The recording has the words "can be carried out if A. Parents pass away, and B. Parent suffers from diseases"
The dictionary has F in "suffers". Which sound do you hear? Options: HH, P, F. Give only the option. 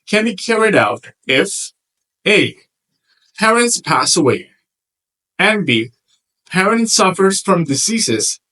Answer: F